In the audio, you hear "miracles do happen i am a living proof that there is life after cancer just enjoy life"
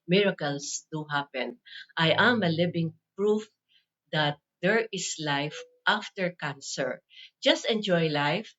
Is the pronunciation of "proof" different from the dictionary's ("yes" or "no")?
no